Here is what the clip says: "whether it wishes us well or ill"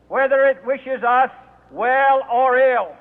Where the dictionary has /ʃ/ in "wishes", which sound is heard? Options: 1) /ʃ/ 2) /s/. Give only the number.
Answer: 1